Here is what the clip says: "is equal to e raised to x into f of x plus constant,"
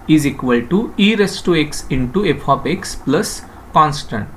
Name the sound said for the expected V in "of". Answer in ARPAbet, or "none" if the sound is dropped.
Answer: P